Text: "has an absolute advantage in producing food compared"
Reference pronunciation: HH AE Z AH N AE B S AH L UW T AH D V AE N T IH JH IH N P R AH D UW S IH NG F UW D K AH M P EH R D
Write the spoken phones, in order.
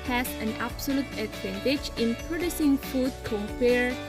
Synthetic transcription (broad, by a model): HH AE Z AH N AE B S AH L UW T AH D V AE N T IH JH IH N P R AH D UW S IH NG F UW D K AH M P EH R